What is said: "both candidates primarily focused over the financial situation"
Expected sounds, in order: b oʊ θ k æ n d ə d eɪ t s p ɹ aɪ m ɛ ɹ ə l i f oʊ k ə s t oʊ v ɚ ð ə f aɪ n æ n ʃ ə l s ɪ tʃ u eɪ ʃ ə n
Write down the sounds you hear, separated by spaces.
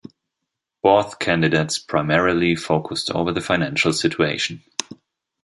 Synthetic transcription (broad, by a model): b oʊ θ k æ n d ə d eɪ t s p ɹ aɪ m ɛ ɹ ə l i f oʊ k ə s t oʊ v ɚ ð ə f aɪ n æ n ʃ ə l s ɪ tʃ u eɪ ʃ n